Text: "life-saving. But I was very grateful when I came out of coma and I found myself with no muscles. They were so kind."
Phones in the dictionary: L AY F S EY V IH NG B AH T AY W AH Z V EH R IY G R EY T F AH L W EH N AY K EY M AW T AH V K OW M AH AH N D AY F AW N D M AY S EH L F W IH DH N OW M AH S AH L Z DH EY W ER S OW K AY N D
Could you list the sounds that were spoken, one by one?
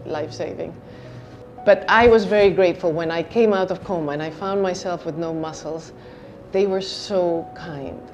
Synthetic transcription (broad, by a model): L AY F S EY V IH NG B AH T AY W AH Z V EH R IY G R EY T F L W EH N AY K EY M AW T AH V K OW M AH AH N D AY F AW N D M AY S EH L F W IH DH N OW M AH S L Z DH EY W ER S OW K AY N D